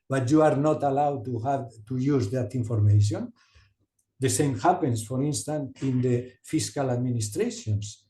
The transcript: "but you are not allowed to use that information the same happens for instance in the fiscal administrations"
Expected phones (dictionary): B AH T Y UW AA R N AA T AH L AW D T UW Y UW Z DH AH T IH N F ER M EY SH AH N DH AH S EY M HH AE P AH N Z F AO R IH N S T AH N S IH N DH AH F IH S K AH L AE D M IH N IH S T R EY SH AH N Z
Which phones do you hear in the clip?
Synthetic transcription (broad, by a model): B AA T Y UW AA R N AA T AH L AW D T UW Y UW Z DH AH T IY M F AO M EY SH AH N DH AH S EY M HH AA P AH N S F AO R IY N S T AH N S IH N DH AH F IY S K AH L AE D M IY N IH S T R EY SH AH N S